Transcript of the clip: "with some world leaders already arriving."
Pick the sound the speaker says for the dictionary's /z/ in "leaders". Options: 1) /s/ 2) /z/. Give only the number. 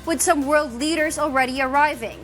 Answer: 2